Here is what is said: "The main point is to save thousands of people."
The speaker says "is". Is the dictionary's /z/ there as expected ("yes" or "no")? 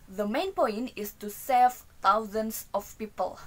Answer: no